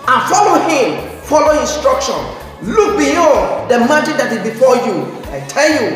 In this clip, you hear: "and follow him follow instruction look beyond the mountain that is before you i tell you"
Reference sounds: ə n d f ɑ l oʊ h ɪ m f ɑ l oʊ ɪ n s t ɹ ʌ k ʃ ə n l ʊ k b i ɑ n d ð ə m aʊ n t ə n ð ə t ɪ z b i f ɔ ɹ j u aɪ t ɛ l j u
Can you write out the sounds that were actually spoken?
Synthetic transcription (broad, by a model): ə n f ɑ l oʊ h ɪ m f ɑ l oʊ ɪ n s t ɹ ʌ k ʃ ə n l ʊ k b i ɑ d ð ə m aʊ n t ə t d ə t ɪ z b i f ɔ j u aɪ t ɛ l j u